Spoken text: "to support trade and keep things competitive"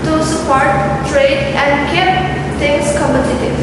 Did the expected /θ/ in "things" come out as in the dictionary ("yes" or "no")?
no